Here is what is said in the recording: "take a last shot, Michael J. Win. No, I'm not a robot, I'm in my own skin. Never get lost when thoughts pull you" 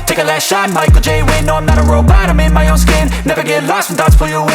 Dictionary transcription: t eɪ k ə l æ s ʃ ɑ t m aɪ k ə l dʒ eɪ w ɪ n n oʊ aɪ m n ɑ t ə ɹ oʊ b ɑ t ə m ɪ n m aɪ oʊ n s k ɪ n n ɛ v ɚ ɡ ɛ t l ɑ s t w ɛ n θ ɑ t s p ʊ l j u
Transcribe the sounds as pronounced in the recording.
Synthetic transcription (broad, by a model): t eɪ k ə l æ s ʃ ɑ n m aɪ k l dʒ eɪ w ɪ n n oʊ aɪ m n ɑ t ə ɹ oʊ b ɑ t ə m ɪ n m aɪ oʊ n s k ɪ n n ɛ v ɚ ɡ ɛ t l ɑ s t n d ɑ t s f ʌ j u